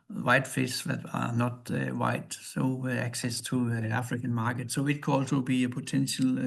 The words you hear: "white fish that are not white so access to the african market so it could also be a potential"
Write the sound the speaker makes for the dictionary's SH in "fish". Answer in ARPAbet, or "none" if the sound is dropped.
S